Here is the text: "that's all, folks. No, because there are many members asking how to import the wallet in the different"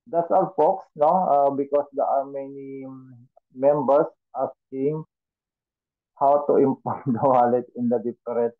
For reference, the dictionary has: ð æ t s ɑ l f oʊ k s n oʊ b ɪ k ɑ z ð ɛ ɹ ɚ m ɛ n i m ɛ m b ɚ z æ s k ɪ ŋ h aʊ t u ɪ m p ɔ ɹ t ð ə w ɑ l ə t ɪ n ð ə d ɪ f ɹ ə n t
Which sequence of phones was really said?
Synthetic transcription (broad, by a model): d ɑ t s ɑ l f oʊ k s n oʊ b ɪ k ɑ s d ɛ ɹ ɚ m ɛ n i m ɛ m b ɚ s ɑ s k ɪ ŋ h aʊ t u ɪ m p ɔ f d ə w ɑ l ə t ɪ n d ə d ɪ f ɹ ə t